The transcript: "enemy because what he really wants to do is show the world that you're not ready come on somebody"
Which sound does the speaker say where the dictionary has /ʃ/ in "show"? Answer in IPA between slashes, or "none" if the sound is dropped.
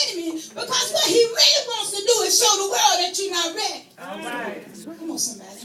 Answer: /s/